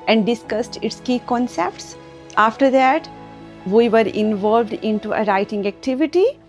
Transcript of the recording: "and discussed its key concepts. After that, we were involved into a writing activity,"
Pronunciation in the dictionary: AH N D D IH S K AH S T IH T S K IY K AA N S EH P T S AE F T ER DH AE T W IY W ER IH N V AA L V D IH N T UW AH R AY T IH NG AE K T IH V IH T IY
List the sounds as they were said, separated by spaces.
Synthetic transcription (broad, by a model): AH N D D IH S K AH S T IH T S K IY K AA N S EH P T S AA F T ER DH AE T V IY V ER IH N V AA L V D IH N T UW AH R AY T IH NG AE K T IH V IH T IY